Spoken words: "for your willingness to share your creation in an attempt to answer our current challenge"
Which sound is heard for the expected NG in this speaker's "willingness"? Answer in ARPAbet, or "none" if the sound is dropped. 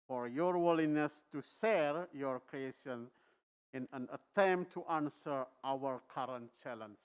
none